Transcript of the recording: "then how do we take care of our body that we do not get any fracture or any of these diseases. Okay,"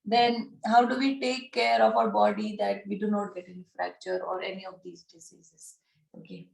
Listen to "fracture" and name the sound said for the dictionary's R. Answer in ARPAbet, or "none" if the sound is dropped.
R